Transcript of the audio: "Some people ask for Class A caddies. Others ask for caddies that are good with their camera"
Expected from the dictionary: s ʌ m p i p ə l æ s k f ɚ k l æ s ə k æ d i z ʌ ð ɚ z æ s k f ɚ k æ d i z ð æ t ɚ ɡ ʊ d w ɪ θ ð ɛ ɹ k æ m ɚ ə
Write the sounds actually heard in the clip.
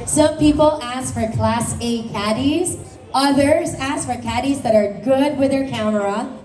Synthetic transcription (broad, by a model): s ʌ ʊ p i p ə l æ s k f ɚ k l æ s ə k æ d i z ʌ ð ɚ z æ s k f ɚ k æ d i z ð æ t ɚ ɡ ʊ d w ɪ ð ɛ ɹ k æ m ɚ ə